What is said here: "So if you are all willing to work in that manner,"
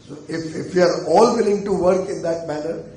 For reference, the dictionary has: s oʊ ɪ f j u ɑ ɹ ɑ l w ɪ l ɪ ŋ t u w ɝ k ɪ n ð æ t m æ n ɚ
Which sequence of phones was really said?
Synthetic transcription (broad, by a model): s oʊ ɪ f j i ɑ ɹ ɑ l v ɪ l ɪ ŋ t u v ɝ k ɪ n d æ t m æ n ɚ